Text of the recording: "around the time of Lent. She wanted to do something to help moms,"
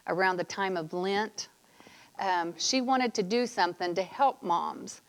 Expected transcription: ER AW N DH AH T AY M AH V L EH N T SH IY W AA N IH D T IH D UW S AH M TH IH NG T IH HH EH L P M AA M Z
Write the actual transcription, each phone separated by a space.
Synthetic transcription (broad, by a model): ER AW N DH AH T AY M AH V L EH N T SH IY W AA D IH D T IH D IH S AH M TH IH NG T IH HH EH L P M AA M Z